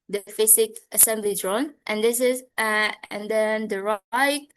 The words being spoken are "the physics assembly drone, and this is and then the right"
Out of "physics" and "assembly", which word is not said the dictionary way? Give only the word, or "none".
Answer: physics